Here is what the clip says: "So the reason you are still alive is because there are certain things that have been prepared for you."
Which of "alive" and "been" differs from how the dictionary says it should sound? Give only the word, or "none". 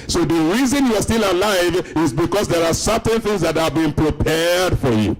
none